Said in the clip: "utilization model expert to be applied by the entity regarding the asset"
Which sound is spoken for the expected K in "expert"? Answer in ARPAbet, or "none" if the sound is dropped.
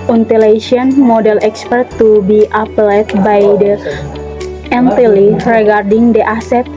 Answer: K